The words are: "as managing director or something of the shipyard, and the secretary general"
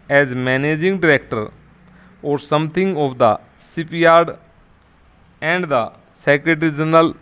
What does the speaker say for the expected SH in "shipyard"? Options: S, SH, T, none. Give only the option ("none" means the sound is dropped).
S